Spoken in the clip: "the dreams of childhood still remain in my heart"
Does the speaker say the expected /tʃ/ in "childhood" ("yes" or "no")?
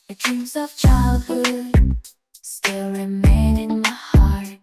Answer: yes